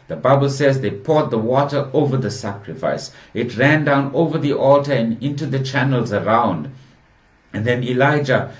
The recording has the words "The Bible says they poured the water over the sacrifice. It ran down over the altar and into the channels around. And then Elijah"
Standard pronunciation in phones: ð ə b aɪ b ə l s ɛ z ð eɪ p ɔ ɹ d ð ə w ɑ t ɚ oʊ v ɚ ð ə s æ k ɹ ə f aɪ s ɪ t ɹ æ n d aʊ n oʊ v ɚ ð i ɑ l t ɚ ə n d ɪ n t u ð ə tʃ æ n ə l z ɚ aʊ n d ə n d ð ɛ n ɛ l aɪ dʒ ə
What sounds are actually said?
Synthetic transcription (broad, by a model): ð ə b aɪ b ə l s ɛ z ð eɪ p ɔ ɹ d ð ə w ɑ t ɚ oʊ v ɚ ð ə s æ k ɹ ə f aɪ s ɪ t ɹ æ n d aʊ n oʊ v ɚ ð i ɑ l t ɚ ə n ɪ n t u ð ə tʃ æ n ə l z ɚ aʊ n d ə n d ð ɛ n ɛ l aɪ dʒ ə